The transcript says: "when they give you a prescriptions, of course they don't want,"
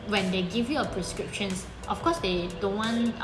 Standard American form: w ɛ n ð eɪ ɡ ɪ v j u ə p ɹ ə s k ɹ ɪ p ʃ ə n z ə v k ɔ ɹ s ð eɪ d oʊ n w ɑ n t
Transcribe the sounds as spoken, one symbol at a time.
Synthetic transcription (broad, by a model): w ɛ n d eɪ ɡ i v j u ə p ɹ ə s k ɹ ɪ p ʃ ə n s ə f k ɔ s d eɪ d oʊ n w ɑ n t